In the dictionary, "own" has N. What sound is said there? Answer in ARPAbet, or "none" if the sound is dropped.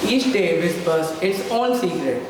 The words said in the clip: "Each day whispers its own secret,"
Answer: L